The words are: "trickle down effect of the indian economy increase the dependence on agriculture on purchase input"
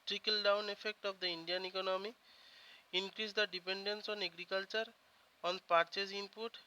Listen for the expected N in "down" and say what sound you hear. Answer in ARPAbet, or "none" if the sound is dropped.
N